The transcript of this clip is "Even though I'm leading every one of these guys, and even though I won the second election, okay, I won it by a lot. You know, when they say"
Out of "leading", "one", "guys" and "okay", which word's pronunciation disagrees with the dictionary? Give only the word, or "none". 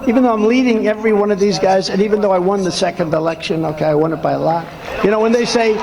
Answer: none